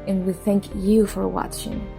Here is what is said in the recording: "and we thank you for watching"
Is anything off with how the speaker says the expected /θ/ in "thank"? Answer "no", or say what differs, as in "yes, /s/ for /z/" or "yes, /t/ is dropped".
no